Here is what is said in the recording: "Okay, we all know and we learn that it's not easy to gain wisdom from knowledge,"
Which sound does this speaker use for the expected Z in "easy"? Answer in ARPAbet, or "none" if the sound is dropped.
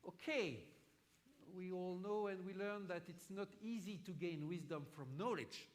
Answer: Z